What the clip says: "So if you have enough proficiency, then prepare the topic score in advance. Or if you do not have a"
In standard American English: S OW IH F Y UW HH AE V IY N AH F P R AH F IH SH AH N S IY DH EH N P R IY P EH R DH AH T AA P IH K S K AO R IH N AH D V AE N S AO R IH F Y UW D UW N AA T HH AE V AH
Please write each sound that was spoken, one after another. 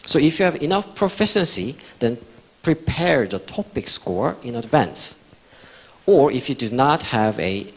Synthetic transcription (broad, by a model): S OW IH F Y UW HH AE V IY N AH F P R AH F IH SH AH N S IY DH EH N P R IY P EH R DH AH T AA P IH K S K AO R IH N AH D V AE N S AO R IH F Y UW D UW N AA T HH AE V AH